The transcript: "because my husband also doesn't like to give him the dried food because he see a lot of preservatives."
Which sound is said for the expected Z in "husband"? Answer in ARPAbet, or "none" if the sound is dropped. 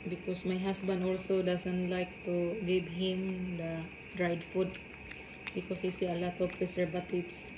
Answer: S